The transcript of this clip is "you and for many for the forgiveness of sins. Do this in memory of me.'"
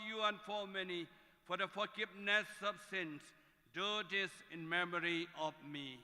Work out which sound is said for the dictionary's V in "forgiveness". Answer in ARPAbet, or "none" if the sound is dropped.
P